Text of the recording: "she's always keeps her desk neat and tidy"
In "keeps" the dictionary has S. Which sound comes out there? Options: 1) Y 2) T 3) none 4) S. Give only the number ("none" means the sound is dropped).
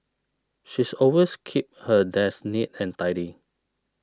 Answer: 3